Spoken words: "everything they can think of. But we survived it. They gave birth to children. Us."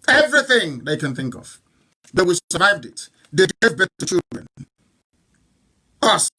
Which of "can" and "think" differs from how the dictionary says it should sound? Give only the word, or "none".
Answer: none